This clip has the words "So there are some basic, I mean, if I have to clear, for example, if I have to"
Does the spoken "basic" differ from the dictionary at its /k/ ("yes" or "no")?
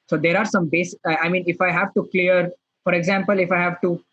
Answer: yes